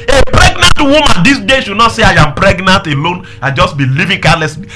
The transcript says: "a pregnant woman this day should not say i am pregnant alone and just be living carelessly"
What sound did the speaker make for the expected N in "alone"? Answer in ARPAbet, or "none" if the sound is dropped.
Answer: N